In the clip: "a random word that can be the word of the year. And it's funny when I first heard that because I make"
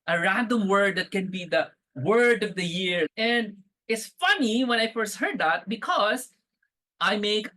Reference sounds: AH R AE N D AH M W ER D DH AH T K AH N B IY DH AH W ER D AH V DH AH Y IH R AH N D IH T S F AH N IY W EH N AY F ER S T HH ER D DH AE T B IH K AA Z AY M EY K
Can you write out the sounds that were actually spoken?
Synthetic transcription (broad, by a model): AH R AE N D AH M W ER D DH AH T K AH N B IY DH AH W ER D AH V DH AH Y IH R AH N D IH T S F AH N IY W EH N AY F ER S T HH ER D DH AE T B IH K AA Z AY M EY K